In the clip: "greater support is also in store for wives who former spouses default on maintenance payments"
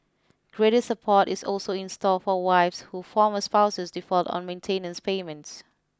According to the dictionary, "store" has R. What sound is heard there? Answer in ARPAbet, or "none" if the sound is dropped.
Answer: L